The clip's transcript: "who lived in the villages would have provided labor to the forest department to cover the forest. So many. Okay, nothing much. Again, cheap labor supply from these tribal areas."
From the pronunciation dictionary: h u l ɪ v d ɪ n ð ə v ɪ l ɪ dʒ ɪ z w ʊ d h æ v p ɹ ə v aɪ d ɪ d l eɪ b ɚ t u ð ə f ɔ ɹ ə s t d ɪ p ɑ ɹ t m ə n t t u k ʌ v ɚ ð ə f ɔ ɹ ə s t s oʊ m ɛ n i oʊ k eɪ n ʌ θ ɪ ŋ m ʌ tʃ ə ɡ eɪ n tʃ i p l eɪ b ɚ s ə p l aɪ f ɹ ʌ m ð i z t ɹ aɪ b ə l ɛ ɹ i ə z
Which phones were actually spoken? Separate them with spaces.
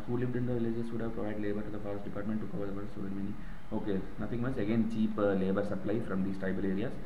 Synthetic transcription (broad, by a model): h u l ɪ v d ɪ n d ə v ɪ l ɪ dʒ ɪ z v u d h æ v p ɹ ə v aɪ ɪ d l eɪ b ɚ t u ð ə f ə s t d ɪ p ɑ t m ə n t t u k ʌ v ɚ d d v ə t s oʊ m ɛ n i oʊ k eɪ n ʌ t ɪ ŋ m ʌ s ə ɡ eɪ n tʃ i p l eɪ b ɚ s ə p l aɪ f ɹ ʌ m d i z t ɹ aɪ b ə l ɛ ɹ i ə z